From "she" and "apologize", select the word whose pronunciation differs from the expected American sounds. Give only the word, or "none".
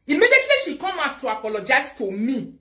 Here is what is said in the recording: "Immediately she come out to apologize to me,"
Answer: apologize